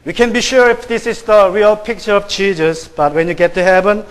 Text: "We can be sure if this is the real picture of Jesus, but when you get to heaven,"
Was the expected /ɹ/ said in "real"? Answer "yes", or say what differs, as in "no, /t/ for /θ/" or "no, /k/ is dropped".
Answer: yes